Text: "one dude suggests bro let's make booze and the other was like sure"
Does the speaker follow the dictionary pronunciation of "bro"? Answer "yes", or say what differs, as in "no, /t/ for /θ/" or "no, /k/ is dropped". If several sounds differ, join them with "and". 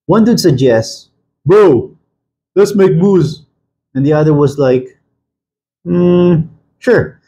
no, /ɹ/ is dropped